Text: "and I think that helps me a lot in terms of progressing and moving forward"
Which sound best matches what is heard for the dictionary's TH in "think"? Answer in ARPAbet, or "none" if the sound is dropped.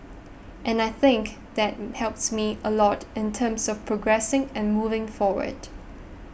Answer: TH